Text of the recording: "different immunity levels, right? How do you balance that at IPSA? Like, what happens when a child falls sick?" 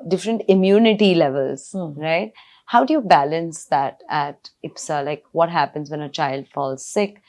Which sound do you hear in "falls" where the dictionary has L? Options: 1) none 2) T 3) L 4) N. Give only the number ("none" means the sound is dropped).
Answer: 3